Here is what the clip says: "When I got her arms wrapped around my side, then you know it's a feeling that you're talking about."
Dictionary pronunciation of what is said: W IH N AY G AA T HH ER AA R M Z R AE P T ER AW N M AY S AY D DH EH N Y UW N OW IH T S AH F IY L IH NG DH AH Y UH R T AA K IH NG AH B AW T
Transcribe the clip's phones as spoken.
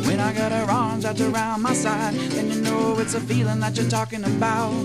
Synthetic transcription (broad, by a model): W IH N AY G AA T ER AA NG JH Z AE T ER AW N M AY S AY D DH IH N Y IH N OW IH T S AH F IY L IH NG DH AH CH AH R T AA K IH NG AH B AW T